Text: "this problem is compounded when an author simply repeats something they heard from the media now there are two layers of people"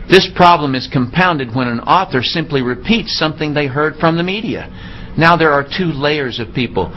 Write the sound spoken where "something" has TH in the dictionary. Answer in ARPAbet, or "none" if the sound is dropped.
TH